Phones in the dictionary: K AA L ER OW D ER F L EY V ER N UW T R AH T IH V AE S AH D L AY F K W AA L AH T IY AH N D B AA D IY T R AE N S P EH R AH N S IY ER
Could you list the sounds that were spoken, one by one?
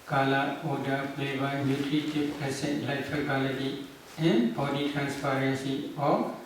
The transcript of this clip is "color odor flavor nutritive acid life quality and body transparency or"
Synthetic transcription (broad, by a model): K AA L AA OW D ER P L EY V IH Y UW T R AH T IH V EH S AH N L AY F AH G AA L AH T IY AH N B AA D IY T R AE N S P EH R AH N S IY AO